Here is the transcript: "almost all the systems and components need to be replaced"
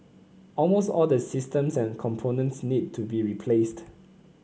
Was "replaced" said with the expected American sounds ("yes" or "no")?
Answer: yes